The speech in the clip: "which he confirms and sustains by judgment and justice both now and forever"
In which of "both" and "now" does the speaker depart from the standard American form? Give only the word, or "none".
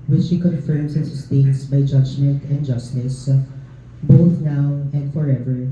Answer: none